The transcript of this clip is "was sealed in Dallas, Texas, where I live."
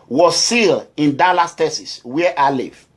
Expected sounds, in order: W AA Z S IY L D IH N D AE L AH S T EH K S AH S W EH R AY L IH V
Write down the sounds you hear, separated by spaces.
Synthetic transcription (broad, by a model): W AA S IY L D IH N D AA L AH S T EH S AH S W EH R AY L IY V